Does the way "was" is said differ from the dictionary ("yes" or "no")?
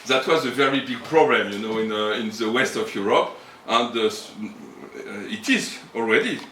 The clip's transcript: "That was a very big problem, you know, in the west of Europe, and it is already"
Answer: no